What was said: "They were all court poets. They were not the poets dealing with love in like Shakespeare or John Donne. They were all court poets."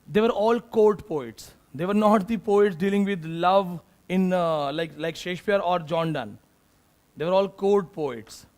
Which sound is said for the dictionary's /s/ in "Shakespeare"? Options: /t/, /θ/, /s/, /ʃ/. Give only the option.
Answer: /ʃ/